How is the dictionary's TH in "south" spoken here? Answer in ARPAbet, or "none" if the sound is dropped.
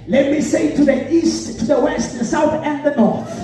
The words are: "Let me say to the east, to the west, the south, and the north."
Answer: TH